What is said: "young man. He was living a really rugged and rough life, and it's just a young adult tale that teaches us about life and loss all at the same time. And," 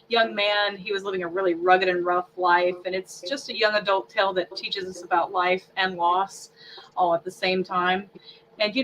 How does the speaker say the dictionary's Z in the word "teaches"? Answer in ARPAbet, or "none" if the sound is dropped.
Z